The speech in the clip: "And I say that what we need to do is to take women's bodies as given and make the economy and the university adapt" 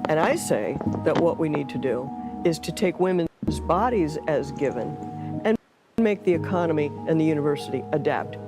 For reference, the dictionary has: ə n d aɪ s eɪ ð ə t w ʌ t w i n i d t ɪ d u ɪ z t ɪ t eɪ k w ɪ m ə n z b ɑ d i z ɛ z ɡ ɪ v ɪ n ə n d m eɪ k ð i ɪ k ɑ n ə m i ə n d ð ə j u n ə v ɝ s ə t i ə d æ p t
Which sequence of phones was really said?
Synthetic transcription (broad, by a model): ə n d aɪ s eɪ ð ə t w ʌ t w i n i d t ɪ d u ɪ z t ɪ t eɪ k w ɪ m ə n z b ɑ d i z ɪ z ɡ ɪ v ɪ n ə n m eɪ k ð i ɪ k ɑ n ə m i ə n ð ə j u n ə v ɝ s ə t i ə d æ p t